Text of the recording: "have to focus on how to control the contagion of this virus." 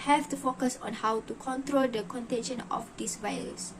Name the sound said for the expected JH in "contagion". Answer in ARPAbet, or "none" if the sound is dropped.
SH